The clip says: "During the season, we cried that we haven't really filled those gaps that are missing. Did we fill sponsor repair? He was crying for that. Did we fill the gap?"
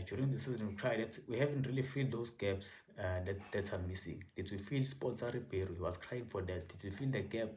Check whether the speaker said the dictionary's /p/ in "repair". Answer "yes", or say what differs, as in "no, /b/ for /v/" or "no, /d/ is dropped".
no, /b/ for /p/